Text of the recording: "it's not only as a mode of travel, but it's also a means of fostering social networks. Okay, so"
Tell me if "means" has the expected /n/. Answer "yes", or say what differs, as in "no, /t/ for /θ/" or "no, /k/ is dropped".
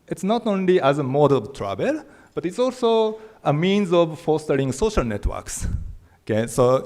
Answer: yes